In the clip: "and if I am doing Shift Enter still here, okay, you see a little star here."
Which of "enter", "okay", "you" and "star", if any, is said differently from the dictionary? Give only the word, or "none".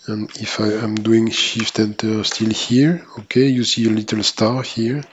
none